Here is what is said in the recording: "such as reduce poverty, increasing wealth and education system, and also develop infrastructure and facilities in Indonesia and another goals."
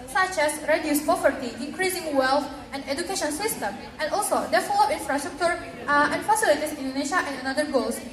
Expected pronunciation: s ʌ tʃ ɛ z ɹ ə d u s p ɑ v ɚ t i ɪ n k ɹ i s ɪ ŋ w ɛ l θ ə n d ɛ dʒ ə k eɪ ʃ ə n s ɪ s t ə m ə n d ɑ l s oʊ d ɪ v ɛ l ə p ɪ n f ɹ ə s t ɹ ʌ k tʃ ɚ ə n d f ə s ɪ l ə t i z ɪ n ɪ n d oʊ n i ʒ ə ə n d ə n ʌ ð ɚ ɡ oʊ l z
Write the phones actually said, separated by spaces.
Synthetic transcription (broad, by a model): s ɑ tʃ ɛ s ɹ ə d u s p ɑ v ɚ t i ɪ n k ɹ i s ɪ ŋ w ɛ l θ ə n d ɛ dʒ ə k eɪ ʃ ə n s ɪ s t ə m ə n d ɑ l s oʊ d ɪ f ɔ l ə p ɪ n f ɹ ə s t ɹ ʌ k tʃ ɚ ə n f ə s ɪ l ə t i s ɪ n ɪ n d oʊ n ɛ ʃ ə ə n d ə n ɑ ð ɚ ɡ oʊ l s